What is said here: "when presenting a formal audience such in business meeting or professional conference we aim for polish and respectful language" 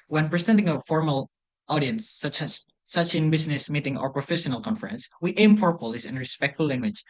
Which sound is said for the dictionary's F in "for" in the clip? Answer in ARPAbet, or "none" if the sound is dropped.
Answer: P